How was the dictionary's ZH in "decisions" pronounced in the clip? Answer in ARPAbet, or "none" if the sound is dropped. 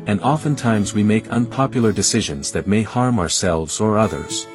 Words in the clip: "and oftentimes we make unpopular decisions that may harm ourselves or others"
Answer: ZH